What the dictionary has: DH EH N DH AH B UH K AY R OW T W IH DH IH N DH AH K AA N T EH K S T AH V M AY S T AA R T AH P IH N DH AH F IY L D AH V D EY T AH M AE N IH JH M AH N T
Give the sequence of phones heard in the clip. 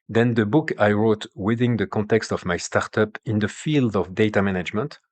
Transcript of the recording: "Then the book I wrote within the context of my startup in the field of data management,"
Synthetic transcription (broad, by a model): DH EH N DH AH B UH K AY R OW T W IH DH IH N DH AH K AA N T EH K S T AH V M AY S T AA R T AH P IH N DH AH F IY L D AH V D EY T AH M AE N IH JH M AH N T